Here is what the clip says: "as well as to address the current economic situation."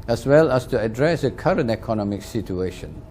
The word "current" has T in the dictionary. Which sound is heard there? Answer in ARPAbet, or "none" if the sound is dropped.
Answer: T